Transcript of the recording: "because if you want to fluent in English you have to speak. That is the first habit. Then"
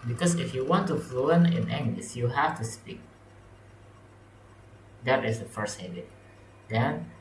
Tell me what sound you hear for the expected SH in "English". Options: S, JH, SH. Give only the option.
S